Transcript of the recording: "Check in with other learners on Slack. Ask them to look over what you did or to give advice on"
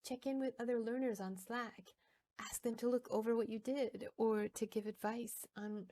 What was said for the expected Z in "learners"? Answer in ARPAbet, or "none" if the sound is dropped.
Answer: Z